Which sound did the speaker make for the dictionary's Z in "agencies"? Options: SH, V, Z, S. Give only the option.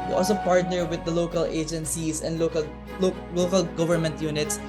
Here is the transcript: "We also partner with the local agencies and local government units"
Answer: S